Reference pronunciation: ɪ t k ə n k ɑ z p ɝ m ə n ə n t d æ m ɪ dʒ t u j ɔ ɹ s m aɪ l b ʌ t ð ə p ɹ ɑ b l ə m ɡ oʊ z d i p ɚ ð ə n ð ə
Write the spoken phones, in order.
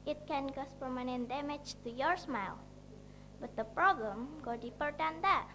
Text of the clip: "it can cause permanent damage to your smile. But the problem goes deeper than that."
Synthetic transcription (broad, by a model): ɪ t k ə n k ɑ s p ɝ m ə n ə n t d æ m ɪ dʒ t u j ɔ ɹ s m aɪ l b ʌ t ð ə p ɹ ɑ b l ə m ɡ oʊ d i p ɚ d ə n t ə